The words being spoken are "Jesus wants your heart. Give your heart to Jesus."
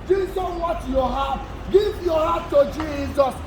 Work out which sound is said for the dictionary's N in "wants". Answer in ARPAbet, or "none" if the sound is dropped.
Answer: none